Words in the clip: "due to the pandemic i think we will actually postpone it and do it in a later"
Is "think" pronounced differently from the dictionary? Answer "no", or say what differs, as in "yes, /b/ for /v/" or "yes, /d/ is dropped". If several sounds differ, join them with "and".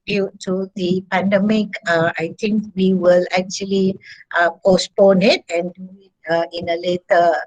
yes, /t/ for /θ/